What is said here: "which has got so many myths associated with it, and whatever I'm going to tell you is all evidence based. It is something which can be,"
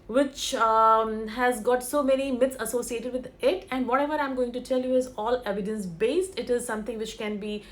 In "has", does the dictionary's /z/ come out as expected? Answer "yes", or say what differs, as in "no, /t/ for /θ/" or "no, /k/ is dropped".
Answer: yes